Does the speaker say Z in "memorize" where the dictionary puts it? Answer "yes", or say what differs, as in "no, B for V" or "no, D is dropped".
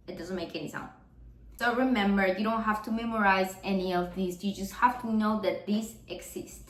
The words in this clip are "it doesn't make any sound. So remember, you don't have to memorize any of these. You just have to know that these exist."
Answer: yes